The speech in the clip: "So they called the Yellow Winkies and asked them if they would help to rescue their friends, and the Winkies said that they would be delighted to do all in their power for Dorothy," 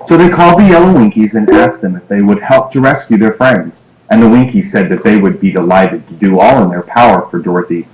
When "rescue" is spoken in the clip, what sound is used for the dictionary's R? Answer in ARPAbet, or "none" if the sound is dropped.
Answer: R